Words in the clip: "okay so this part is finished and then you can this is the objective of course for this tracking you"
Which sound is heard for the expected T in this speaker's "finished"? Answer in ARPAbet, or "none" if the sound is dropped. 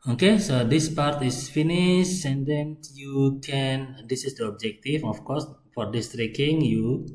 none